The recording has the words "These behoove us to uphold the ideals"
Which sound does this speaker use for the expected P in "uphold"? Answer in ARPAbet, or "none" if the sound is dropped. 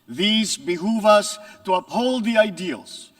P